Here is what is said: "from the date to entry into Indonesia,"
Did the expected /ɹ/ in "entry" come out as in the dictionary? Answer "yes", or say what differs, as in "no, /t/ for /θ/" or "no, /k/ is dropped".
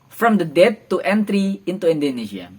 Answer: yes